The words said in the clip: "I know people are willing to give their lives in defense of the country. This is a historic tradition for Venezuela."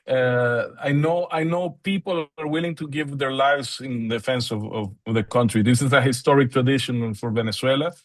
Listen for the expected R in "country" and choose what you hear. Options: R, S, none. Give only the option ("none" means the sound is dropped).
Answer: R